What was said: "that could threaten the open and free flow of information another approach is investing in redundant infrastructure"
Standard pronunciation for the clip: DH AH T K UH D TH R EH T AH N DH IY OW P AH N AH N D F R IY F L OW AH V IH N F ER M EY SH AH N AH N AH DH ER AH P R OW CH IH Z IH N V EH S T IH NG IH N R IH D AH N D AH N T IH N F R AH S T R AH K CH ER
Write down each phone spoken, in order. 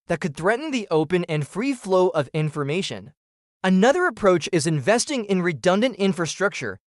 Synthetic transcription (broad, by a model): DH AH T K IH D TH R EH T N DH IY OW P AH N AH N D F R IY F L OW AH V IH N F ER M EY SH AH N AH N AH DH ER AH P R OW CH IH Z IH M V EH S T IH NG IH N R IH D AH N D AH N T IH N F R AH S T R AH K CH ER